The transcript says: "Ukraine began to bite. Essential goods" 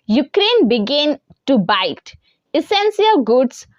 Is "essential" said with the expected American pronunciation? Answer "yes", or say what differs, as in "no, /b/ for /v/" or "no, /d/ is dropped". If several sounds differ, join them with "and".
no, /s/ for /ʃ/